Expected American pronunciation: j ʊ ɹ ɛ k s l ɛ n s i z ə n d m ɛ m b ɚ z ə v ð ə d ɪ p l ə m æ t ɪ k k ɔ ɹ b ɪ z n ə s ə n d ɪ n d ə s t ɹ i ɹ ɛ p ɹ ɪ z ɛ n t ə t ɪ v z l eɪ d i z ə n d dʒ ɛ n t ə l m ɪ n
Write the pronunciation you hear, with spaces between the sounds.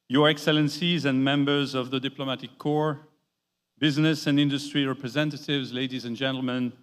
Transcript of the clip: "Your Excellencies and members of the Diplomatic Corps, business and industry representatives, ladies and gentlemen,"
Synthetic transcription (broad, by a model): j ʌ ɹ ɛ k s l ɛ n s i z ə n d m ɛ m b ɚ z ə v ð ə d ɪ p l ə m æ t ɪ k k ɔ ɹ b ɪ z n ə s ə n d ɪ n d ə s t ɹ i ɹ ɛ p ɹ ɪ z ɛ n t ə t ɪ v z l eɪ d i z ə n dʒ ɛ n t l m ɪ n